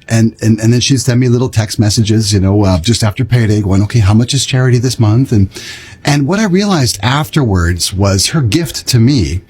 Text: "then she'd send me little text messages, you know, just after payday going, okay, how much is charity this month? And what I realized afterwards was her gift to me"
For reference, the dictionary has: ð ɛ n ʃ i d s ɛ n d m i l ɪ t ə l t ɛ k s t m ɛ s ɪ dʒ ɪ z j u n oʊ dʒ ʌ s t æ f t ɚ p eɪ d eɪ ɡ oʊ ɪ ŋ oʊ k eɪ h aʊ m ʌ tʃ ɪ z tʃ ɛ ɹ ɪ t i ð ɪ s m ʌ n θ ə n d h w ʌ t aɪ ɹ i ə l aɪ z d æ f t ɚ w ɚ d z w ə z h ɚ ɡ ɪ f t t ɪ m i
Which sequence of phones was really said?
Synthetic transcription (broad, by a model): ð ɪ n ʃ i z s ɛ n m i l ɪ t l t ɛ k s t m ɛ s ɪ dʒ ɪ z j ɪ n oʊ dʒ ʌ s t æ f t ɚ p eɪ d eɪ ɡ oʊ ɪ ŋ oʊ k eɪ h aʊ m ʌ tʃ ɪ z tʃ ɛ ɹ ɪ t i ð ɪ s m ʌ n θ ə n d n w ʌ t aɪ ɹ i ə l aɪ z d æ f t ɚ w ɚ d z w ə z h ɚ ɡ ɪ f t t ɪ m i